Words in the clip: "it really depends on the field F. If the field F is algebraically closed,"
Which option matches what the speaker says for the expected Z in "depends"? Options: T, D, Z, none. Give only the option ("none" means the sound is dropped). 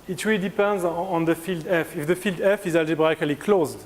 Z